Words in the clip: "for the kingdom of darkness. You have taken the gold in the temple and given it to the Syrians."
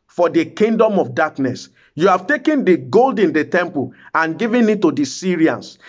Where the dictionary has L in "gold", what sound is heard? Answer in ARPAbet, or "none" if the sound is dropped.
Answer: L